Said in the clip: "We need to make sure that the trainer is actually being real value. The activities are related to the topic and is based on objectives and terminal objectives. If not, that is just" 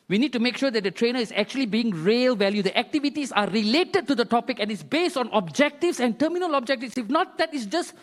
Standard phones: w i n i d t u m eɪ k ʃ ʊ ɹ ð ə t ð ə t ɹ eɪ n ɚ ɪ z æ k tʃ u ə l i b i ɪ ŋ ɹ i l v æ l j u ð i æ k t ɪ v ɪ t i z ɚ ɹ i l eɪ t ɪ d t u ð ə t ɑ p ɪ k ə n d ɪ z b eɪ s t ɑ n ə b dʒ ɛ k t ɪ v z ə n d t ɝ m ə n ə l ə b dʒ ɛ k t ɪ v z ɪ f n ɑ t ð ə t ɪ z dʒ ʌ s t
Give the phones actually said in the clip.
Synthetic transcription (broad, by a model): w i n i d t u m eɪ k ʃ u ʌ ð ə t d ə t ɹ eɪ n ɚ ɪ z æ k tʃ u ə l i b i ɪ ŋ ɹ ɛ l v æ l j u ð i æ k t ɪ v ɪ t i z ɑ ɹ i l eɪ t ɪ d t u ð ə t ɑ p ɪ k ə n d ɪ s b eɪ s t ɑ n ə b dʒ ɛ k t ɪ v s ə n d t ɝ m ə n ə l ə b dʒ ɛ k t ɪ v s ɪ f n ɑ t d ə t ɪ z dʒ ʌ s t